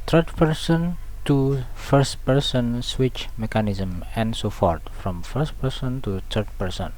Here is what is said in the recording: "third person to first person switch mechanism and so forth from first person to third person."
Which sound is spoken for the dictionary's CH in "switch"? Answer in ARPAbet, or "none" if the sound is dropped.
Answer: CH